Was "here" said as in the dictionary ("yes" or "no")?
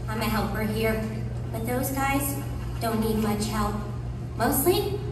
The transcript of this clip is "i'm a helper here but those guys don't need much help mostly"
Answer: yes